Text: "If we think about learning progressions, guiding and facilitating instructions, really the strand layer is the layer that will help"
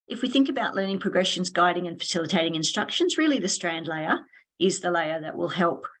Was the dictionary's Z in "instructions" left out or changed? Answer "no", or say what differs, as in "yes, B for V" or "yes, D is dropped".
no